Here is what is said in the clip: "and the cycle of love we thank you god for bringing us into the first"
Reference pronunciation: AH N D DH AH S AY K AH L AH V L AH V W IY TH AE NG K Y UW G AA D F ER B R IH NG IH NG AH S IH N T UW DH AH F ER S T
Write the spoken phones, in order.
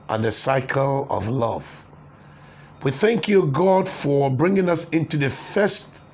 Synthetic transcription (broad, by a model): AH N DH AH S AY K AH L AH V L AH V W IY TH AE NG K Y UW G AA D F ER B R IH NG IH NG AH S IH N T UW DH AH F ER S T